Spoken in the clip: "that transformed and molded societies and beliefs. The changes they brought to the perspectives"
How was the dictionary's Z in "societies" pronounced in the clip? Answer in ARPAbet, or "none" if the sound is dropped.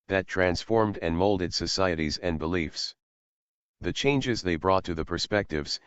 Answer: Z